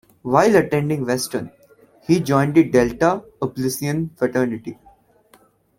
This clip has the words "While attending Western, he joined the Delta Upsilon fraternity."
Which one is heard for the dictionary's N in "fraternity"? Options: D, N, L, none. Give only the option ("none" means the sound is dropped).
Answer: N